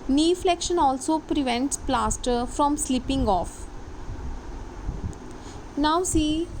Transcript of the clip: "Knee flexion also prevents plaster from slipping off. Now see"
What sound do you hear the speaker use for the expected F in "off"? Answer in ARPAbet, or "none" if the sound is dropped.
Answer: F